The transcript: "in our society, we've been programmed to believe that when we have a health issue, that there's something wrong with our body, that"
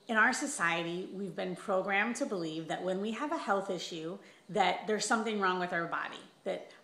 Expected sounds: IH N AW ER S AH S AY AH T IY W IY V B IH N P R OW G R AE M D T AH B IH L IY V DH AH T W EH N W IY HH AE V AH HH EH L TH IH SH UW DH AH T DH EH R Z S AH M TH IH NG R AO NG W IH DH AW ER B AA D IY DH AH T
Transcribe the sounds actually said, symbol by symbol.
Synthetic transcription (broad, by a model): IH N AW ER S AH S AY AH T IY W IY V B IH N P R OW G R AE M T AH B IH L IY V DH AH T W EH N W IY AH V AH HH EH L TH IH SH UW DH AH T DH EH R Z S AH M TH IH NG R AO NG W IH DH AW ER B AA D IY DH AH T